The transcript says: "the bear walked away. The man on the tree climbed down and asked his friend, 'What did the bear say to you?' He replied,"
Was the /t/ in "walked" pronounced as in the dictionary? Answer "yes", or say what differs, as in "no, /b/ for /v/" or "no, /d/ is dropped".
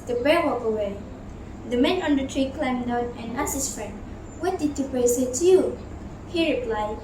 no, /t/ is dropped